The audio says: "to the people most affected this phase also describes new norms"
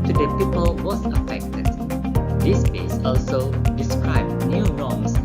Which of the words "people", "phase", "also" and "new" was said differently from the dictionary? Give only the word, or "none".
phase